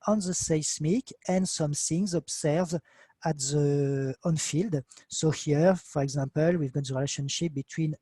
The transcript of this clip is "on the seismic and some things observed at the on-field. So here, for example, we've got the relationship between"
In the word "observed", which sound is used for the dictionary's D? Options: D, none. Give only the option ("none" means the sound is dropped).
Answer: none